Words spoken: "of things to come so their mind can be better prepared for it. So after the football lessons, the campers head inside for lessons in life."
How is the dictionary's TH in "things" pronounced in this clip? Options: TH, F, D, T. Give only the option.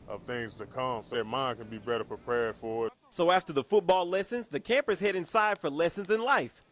TH